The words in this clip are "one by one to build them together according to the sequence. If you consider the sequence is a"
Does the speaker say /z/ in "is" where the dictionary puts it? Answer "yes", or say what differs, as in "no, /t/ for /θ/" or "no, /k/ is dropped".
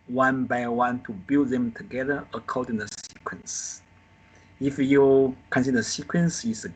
no, /s/ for /z/